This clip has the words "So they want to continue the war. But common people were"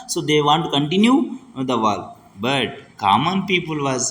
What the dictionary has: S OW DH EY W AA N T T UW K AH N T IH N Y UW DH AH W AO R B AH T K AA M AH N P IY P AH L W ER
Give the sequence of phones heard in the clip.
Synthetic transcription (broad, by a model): S OW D EY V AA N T T UW K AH N T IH N Y UW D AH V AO L B AH T K AA M AH N P IY P AH L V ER